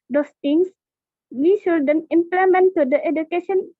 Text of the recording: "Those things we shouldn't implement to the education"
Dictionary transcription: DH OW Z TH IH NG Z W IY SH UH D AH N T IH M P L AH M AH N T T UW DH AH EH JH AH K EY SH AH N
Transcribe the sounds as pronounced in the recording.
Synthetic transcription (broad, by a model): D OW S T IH NG S W IY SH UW D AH N IH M P L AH M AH N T T UW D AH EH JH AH K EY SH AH N